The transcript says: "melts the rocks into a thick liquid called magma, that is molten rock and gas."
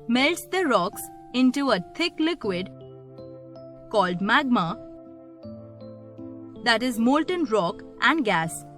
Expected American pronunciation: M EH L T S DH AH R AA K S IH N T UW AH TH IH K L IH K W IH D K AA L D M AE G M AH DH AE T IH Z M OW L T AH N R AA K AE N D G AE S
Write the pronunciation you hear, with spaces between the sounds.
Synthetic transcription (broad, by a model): M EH L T S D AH R AA K S IH N T UW AH T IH K L IH K W IH D K AA L D M AE G M AH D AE T IH Z M OW L T AH N R AA K AE N D G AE S